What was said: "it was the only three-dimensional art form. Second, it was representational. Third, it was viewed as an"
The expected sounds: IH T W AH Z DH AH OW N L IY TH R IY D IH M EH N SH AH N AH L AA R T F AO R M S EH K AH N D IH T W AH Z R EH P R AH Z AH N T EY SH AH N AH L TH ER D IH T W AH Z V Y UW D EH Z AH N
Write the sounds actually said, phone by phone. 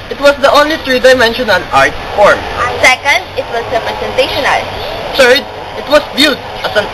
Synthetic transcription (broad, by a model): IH T W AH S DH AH OW N L IY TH R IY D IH M EH N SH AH N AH N AA R T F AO R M S EH K AH N D IH T W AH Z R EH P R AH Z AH N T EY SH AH N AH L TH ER D IH T W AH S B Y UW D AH S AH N